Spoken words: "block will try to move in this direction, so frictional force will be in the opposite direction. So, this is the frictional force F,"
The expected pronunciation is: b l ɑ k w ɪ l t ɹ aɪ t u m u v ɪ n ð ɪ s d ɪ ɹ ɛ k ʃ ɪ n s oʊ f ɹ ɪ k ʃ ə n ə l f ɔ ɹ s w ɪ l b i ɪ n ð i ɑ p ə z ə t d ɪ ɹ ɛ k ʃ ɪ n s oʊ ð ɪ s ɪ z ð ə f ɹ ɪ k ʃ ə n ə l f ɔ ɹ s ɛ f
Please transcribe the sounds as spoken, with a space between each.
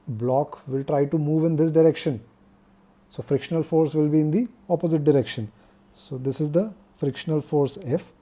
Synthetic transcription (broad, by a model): b l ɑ k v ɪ l t ɹ aɪ t u m u v ɪ n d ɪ s d ɪ ɹ ɛ k ʃ ɪ n s oʊ f ɹ ɪ k ʃ ə n ə l f ɔ ɹ s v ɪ l b i ɪ n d i ɑ p ə z ə t d ɪ ɹ ɛ k ʃ ɪ n s oʊ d ɪ s ɪ z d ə f ɹ ɪ k ʃ ə n ə l f ɔ ɹ s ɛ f